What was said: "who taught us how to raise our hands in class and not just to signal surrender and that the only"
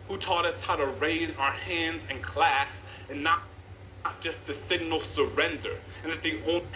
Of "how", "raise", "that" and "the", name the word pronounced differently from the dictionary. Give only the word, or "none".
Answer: none